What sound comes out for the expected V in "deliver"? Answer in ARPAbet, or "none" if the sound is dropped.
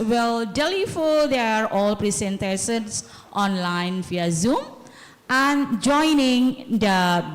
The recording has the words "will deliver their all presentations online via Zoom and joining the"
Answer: F